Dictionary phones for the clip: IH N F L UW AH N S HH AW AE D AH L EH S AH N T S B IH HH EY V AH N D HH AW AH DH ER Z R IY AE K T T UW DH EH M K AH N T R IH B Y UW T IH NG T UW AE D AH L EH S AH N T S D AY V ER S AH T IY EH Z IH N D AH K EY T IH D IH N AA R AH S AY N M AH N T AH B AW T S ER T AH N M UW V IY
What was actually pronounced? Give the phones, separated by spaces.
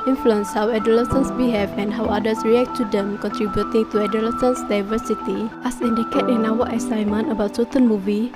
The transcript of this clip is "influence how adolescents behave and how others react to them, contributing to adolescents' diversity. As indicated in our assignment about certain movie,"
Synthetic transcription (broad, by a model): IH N F L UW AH N S HH AW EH D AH L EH S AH N S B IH HH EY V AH N HH AW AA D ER S R IY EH K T T UW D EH M K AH N T R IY B Y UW T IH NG T UW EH D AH L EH S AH N S D AY V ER S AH T IY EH S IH N D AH K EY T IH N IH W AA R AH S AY M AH N AH B AW T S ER T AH N M UW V IY